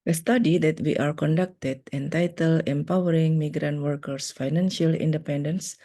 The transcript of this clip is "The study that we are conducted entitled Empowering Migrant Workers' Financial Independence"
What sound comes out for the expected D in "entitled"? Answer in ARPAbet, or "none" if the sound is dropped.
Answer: none